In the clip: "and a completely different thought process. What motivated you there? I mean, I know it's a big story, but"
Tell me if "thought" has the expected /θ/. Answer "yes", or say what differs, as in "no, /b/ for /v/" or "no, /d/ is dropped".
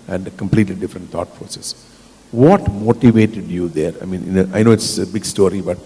no, /t/ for /θ/